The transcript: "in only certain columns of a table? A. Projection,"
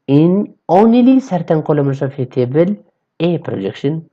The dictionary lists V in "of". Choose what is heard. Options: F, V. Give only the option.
F